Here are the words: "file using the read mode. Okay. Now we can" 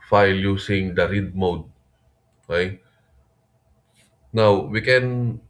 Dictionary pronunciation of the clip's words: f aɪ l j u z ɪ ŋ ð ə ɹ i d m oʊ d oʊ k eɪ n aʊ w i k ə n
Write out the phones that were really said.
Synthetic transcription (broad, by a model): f aɪ l j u s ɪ ŋ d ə ɹ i d m oʊ d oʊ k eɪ n aʊ w i k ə n